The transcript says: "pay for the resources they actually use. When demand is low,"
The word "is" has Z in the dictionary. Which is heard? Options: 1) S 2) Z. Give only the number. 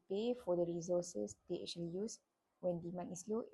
1